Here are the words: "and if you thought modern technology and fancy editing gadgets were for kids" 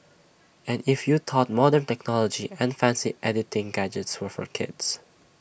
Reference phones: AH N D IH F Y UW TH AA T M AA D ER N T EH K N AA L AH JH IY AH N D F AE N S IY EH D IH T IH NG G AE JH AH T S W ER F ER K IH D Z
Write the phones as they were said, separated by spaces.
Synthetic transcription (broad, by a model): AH N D IH F Y UW T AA T M AA D ER N T EH K N AA L AH JH IY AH N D F AE N S IY EH D IH T IH NG G AE JH AH T S W ER F ER K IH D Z